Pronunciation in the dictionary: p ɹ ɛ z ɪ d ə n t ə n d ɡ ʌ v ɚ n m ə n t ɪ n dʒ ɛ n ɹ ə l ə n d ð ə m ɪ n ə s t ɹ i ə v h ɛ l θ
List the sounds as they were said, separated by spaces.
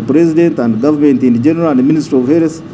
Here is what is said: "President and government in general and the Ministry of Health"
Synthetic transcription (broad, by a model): p ɹ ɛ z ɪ d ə n t ə n d ɡ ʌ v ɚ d m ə n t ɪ n dʒ ɛ n ɹ ə l ə n d m ɪ n ə s t ɹ i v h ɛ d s